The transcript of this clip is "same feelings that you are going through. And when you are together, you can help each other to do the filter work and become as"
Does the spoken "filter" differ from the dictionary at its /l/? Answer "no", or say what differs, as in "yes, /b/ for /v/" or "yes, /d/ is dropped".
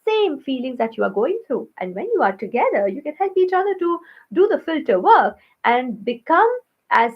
no